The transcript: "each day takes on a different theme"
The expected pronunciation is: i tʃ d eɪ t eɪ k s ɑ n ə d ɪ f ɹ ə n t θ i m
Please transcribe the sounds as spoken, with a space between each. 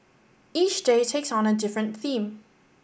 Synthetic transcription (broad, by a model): i tʃ d eɪ t eɪ k s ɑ n ə d ɪ f ɹ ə n θ i m